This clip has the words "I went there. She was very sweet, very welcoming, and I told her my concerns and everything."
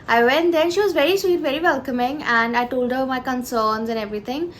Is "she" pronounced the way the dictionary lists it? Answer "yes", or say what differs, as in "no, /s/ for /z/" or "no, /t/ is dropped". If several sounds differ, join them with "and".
yes